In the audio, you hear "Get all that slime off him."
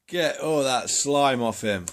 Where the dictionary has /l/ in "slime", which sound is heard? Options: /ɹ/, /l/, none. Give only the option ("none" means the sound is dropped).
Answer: /l/